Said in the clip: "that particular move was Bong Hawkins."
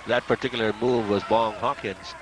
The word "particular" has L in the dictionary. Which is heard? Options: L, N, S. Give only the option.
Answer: L